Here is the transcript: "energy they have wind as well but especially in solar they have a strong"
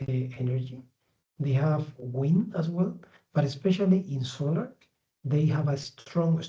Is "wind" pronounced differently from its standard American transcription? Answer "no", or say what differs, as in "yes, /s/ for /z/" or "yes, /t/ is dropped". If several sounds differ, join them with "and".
yes, /d/ is dropped